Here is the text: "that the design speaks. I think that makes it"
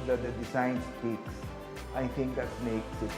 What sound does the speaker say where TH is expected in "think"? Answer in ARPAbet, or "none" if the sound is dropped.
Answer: T